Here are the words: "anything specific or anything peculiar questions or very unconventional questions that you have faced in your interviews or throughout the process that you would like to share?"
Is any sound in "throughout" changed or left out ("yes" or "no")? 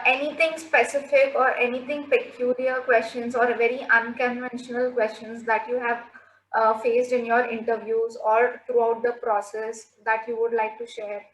yes